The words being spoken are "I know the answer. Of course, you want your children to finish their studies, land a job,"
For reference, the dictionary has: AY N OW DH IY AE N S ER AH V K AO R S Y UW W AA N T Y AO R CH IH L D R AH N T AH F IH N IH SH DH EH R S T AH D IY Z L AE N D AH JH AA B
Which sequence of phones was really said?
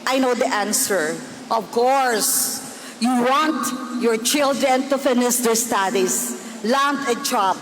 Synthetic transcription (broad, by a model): AY N OW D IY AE N S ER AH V K AO R S Y UW W AA N T Y AO R CH IH L D R AH N T AH F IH N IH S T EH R S T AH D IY S L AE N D AH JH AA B